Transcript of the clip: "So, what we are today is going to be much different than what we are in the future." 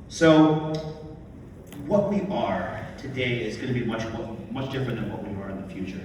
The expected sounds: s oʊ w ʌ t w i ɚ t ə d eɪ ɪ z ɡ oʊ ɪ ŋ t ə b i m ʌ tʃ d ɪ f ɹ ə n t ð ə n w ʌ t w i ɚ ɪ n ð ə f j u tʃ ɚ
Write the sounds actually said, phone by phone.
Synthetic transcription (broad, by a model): s oʊ w ʌ t w i ɚ t ə d eɪ ɪ z ɡ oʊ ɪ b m ə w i m ʌ tʃ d ɪ f ɹ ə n ð ə n w ʌ t w i ɚ ɪ n ð ə f j u tʃ ɚ